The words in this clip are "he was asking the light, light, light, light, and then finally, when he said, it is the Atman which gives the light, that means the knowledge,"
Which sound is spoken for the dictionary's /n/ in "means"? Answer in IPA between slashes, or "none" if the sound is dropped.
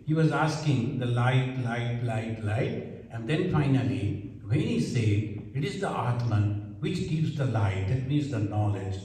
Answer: none